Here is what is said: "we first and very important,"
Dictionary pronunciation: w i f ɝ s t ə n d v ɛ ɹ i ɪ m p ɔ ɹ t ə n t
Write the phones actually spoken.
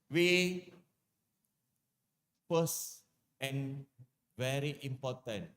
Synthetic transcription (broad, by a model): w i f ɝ s ə n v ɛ ɹ i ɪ m p ɔ t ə n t